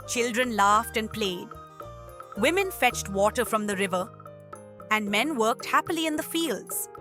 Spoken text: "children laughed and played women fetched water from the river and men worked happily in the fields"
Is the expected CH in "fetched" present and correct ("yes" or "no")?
yes